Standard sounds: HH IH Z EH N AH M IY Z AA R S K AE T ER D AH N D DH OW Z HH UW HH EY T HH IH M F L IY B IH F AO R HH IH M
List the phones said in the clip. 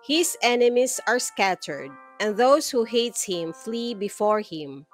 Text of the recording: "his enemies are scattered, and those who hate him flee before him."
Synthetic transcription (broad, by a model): HH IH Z EH N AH M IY S AA R S K AE T ER D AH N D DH OW S HH UW HH EY T HH IH M F L IY B IH F AO R HH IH M